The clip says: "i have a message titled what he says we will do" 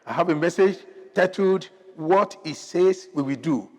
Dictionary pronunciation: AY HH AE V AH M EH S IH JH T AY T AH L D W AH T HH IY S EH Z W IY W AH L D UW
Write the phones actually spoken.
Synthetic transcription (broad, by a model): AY HH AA V AH M EH S IH JH T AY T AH D W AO T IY S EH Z W IY W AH D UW